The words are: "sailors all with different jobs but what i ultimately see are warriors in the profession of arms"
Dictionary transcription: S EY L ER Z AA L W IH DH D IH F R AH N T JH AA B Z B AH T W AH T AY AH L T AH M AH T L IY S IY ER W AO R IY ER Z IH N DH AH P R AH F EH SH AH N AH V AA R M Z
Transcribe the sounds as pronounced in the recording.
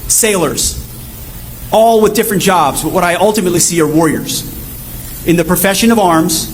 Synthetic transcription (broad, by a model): S EY L ER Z AA L W IH DH D IH F R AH N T JH AA B Z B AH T W AH T AY AH L T AH M AH T L IY S IY ER W AO R IY ER Z IH N DH AH P R AH F EH SH AH N AH V AA R M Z